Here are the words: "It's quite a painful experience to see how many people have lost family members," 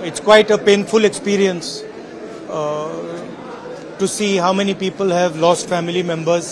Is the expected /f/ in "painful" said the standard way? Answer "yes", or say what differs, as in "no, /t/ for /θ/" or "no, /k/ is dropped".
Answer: yes